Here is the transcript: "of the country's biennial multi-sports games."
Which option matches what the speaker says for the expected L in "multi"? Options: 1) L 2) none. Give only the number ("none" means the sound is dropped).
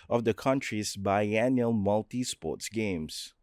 1